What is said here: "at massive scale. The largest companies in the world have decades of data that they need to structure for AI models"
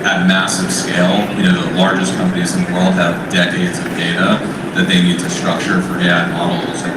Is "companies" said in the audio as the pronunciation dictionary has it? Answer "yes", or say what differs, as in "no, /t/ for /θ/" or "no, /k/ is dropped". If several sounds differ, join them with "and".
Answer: yes